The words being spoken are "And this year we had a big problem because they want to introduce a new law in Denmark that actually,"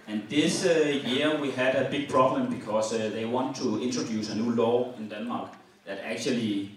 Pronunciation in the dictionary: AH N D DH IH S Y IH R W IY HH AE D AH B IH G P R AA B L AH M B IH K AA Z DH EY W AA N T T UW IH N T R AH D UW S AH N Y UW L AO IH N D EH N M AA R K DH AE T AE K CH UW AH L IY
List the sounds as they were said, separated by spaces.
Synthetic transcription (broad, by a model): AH N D DH IH S Y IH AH W IY HH AE D AH B IH G P R AA B L AH M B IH K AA S DH EY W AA N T T UW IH N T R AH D UW S AH N Y UW L AO IH N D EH N M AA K DH AE T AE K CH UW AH L IY